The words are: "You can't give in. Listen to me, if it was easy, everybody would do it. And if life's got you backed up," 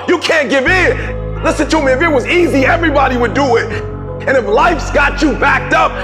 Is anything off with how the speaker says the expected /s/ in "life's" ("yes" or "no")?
no